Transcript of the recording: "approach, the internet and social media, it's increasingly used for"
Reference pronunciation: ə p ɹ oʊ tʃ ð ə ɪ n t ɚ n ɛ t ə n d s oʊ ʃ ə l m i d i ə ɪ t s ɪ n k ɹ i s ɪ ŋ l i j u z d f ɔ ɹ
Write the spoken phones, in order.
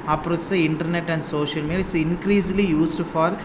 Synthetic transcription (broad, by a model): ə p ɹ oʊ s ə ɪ n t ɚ n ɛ t ə n d s oʊ ʃ ə l m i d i ɪ t s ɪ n k ɹ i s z l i j u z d f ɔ ɹ